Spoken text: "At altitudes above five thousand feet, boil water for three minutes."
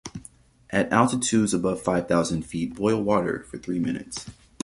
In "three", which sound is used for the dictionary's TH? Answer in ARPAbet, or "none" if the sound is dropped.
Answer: TH